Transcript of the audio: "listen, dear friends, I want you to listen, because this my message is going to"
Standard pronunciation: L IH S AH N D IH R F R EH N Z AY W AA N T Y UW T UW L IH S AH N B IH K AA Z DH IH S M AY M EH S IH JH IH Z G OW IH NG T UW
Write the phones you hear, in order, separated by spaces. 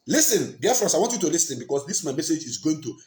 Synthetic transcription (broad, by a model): L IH S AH N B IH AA F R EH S AY W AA N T Y UW T UW L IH S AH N B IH K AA S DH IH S M AY M EH S IH JH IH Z G OW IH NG T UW